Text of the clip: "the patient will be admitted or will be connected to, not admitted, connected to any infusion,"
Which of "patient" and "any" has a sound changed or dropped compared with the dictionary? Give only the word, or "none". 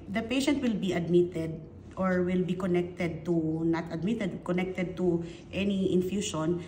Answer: none